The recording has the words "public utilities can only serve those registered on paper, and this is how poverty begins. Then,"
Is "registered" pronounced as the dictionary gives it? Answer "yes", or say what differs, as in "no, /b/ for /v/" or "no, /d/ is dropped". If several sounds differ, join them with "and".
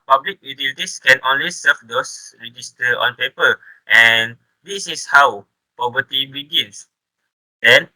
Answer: no, /d/ is dropped